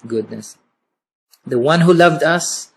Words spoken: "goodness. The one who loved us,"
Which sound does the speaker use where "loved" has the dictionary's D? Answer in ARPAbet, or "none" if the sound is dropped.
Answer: D